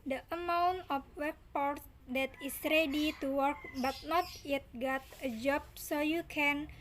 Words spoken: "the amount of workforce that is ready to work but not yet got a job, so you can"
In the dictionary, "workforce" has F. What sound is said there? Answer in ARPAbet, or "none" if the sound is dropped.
P